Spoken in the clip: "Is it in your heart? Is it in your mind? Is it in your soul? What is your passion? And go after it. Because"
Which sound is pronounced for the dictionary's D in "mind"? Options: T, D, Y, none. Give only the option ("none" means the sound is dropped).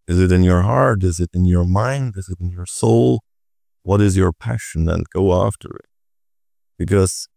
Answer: D